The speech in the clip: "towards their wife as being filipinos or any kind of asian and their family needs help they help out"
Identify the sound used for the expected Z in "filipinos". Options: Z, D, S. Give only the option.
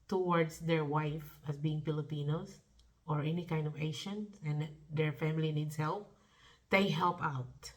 S